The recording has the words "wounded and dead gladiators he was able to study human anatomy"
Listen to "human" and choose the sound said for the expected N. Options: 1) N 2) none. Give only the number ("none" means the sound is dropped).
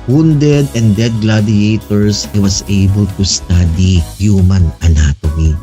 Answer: 1